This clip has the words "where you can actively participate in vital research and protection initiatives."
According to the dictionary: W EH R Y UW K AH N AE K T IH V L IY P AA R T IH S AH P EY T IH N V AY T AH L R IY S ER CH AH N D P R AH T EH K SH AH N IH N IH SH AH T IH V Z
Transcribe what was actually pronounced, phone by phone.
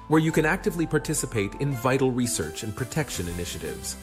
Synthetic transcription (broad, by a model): W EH R Y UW K AH N AE K T IH V L IY P AA R T IH S AH P EY T IH N V AY T L R IY S ER CH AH N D P R AH T EH K SH AH N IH N IH SH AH T IH V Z